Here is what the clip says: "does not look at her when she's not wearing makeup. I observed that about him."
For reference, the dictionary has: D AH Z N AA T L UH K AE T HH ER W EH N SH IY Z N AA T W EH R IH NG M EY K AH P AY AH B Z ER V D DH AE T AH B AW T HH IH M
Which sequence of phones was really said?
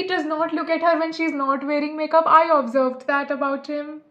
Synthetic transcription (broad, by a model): D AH Z N AA T L UH K AE T HH ER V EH N SH IY Z N AA T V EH R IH NG M EY K AH P AY AH B Z ER V D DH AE T AH B AW T HH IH M